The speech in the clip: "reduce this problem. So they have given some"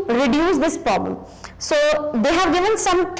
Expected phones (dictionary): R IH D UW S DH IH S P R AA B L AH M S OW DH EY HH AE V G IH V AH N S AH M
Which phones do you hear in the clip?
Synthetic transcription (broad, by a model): R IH D UW S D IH S P R AA B L AH M S OW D EY HH AE V G IH V AH N S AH M